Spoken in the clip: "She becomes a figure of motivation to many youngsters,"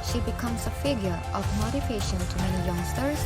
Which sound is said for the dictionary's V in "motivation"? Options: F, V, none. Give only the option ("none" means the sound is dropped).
F